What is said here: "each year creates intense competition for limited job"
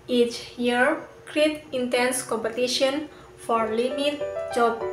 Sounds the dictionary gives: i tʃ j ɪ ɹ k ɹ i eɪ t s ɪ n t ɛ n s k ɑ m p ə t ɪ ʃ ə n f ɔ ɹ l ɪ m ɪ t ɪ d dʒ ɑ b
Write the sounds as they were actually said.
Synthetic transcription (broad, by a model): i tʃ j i ɹ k ɹ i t ɪ n t ɛ n s k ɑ m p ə t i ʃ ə n f ɔ ɹ l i m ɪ t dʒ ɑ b